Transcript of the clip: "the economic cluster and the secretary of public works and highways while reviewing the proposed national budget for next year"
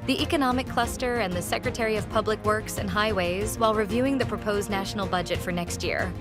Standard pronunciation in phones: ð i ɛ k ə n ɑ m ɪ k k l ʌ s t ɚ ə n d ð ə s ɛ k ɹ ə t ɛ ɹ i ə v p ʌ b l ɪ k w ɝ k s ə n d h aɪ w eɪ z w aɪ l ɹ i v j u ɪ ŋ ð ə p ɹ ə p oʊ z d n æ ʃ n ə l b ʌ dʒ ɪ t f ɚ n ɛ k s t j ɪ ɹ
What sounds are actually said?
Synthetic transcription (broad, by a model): ð i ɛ k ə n ɑ m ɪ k k l ʌ s t ɚ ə n ð ə s ɛ k ɹ ə t ɛ ɹ i ə v p ʌ b l ɪ k w ɝ k s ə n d h aɪ w eɪ z w aɪ l ɹ i v j u ɪ ŋ ð ə p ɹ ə p oʊ z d n æ ʃ n l b ʌ dʒ ɪ t f ɚ n ɛ k s t j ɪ ɹ